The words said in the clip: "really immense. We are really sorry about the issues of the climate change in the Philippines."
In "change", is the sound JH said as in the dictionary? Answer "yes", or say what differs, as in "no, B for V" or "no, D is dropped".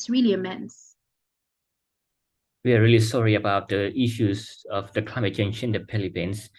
no, SH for JH